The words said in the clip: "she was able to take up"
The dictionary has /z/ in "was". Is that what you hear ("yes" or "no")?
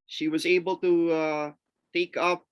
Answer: yes